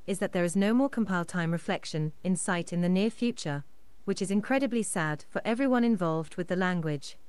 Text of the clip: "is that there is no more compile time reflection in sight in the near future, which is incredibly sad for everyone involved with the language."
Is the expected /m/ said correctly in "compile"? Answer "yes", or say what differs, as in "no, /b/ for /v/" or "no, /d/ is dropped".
yes